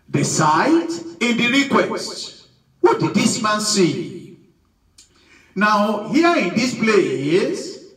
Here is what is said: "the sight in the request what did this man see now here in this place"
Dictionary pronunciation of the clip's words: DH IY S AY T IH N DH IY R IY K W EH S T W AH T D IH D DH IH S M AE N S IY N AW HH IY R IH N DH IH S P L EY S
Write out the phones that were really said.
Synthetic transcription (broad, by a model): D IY S AY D IH N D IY R IY K W EH S T W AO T D IH D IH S M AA N S IY N AW HH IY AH IH N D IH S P L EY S